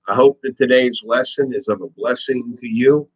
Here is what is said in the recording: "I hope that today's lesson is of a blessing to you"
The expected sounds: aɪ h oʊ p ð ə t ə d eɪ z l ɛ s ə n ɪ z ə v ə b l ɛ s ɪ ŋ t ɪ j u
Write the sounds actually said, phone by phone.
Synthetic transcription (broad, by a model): aɪ h oʊ p ð ə t ə d eɪ z l ɛ s ə n ɪ z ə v ə b l ɛ s ɪ ŋ t ɪ j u